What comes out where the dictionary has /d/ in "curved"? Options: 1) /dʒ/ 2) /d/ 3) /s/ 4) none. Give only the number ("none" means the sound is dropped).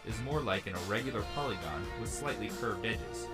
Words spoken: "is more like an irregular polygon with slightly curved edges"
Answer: 2